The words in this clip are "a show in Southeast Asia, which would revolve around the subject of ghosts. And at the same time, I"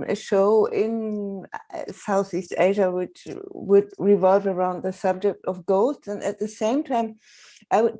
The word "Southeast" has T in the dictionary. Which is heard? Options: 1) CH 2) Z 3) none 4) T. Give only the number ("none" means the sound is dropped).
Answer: 4